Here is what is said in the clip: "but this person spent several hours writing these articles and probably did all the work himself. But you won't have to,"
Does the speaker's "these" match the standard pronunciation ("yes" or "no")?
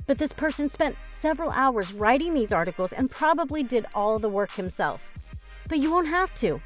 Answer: yes